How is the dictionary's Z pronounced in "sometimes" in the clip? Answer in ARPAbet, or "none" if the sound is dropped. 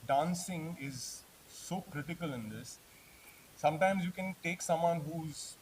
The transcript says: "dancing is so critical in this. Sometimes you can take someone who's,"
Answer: Z